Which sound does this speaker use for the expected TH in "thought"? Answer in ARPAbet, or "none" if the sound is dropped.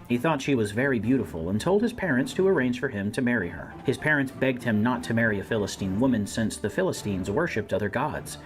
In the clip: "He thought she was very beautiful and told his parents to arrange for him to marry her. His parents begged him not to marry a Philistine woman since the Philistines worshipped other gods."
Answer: TH